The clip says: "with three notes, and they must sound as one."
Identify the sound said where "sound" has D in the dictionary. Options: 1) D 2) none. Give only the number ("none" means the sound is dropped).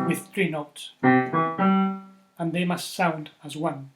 1